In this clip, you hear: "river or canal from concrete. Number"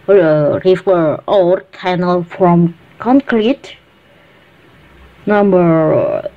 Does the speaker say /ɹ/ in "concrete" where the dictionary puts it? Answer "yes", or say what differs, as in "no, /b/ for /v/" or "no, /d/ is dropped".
no, /l/ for /ɹ/